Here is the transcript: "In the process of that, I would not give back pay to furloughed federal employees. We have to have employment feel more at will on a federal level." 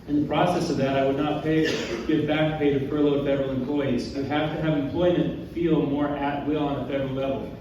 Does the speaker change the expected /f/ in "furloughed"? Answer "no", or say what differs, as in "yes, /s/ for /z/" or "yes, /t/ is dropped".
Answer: yes, /p/ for /f/